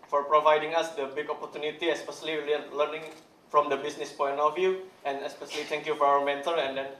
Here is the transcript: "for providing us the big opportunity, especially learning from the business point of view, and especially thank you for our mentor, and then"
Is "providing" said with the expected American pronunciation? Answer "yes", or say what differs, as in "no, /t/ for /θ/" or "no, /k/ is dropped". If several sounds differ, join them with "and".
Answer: yes